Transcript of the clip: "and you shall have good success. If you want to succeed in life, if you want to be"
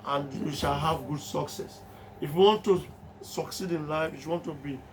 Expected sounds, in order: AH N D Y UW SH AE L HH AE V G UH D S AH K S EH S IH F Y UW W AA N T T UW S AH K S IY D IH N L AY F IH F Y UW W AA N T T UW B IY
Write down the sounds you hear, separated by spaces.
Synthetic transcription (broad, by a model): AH N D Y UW SH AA L HH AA V G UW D S AH K S EH S IH F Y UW W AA N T T UW S AH K S IY D IH N L AY F IH F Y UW W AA N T T UW B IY